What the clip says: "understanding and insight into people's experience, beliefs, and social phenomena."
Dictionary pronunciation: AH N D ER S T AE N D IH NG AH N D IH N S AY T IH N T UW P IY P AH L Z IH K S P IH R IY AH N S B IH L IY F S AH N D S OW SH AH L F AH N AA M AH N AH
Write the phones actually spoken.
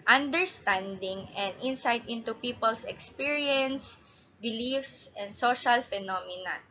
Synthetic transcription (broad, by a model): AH N D ER S T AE N D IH NG AH N D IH N S AY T IH N T UW P IY P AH L S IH K S P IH R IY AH N S B IH L IY F S AH N D S OW SH AH L F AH N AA M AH N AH